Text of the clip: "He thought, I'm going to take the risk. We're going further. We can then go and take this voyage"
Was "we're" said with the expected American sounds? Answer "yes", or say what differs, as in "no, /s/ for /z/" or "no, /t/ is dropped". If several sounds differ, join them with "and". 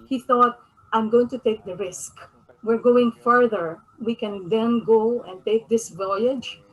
yes